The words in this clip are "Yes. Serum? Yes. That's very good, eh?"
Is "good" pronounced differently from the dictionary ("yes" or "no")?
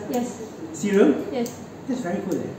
yes